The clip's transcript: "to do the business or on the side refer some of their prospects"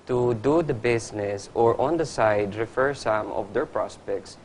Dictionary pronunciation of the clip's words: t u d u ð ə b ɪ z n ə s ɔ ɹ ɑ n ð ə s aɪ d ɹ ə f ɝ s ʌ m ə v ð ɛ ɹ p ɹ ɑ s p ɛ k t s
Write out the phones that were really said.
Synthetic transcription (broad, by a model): t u d u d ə b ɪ s n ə s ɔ ɹ ɑ n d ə s aɪ d ɹ ə f ɝ s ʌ m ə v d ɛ ɹ p ɹ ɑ s p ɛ k t s